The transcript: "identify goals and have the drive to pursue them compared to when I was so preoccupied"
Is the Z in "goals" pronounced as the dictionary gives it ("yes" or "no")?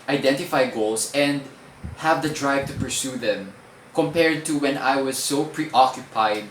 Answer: no